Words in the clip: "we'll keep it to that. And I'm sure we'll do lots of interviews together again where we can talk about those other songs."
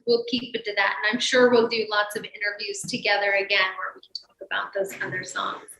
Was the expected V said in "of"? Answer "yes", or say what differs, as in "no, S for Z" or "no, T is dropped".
yes